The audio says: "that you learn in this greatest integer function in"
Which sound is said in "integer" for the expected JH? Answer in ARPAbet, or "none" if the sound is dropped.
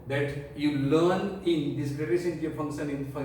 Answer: none